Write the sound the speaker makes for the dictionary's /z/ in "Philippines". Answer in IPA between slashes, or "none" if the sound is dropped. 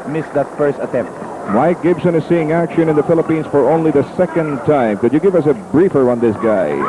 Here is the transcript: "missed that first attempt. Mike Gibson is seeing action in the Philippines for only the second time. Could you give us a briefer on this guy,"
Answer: /s/